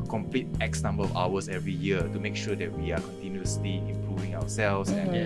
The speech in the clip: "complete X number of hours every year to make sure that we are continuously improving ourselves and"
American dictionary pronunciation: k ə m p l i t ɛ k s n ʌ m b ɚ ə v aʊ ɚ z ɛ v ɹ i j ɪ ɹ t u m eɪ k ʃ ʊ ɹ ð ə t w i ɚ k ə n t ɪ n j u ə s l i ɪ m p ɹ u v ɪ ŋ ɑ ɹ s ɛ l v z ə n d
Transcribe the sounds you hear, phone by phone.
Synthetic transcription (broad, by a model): k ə m p l i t ɛ k s n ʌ m b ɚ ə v aʊ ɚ s ɛ v ɹ i j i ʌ t u m eɪ k ʃ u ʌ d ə t w i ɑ k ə n t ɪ n j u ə s l i ɪ m p ɹ u v ɪ ŋ ɑ w s ɛ l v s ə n